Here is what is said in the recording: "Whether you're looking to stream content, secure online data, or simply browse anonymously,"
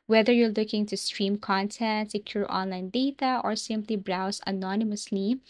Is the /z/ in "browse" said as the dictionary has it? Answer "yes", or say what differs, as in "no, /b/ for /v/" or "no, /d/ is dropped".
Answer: no, /s/ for /z/